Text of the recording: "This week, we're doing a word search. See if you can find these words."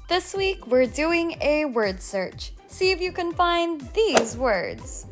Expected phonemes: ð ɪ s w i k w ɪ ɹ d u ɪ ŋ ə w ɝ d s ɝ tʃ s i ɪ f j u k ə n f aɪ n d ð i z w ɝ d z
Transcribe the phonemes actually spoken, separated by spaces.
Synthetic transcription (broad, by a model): ð ɪ s w i k w ɪ ɹ d u ɪ ŋ ə w ɝ d s ɝ tʃ s i ɪ f j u k ə n f aɪ n ð i z w ɝ d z